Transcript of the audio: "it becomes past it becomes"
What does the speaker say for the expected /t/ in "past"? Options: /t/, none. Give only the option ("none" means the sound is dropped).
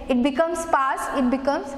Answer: none